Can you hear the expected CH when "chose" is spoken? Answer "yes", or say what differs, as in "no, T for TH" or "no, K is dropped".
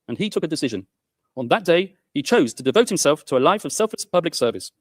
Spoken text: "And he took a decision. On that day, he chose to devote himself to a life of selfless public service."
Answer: yes